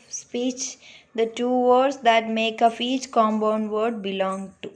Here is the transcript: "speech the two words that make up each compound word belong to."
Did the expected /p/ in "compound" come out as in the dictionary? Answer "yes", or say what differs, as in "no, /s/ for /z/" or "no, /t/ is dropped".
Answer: no, /b/ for /p/